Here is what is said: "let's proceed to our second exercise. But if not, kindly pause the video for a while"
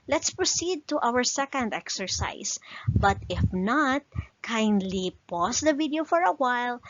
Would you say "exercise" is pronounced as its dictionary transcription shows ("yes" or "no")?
no